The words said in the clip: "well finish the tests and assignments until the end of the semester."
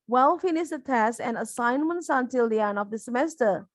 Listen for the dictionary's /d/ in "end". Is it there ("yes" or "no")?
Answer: no